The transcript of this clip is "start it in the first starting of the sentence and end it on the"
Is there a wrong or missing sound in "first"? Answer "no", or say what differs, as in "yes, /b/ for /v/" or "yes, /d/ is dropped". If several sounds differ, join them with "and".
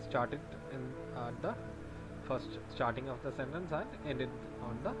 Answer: no